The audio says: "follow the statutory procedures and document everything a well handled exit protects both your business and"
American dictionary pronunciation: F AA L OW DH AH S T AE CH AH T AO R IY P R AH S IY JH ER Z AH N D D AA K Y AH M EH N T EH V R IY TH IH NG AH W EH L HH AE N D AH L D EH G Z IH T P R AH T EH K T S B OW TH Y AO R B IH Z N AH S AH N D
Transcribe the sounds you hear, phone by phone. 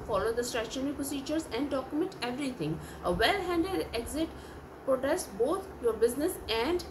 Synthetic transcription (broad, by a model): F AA L OW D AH S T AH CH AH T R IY P R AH S IY JH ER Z AH N D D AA K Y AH M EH N T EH V R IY T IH NG AH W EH L HH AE N D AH D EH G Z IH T P R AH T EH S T B OW T Y AO R B IH Z N AH S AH N D